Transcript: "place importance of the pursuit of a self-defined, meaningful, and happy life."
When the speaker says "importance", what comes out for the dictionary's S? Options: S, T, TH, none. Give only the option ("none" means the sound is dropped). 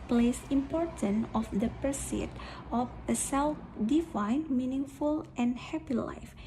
none